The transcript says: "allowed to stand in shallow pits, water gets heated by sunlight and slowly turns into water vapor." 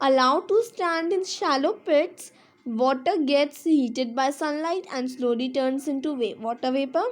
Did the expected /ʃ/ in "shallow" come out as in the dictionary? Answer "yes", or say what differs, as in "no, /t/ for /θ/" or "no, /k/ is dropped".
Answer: yes